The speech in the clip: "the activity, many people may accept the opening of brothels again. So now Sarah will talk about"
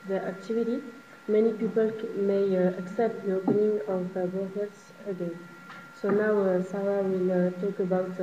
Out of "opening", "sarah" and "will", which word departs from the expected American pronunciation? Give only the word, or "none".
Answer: sarah